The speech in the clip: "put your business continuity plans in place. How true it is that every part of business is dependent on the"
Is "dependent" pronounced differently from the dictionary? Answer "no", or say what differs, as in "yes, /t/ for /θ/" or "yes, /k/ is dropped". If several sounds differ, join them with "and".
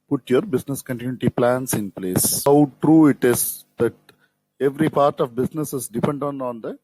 yes, /t/ is dropped